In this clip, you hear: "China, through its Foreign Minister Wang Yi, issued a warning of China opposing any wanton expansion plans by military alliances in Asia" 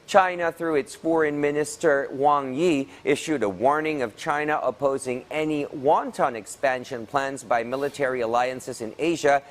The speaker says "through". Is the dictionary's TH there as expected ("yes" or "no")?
yes